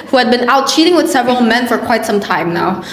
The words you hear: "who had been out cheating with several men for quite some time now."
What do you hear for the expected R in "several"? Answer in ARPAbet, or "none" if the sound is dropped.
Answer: R